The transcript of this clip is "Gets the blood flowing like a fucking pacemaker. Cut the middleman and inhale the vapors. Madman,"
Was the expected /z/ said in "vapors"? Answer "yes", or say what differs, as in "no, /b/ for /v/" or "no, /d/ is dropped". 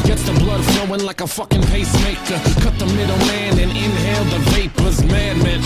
yes